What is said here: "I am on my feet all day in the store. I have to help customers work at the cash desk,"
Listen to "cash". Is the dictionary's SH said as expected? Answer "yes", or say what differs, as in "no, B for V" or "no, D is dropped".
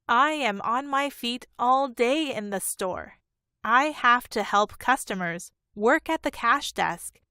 yes